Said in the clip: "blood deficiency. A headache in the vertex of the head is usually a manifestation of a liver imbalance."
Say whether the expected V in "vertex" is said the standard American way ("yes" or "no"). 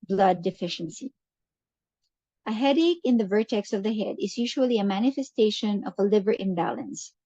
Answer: yes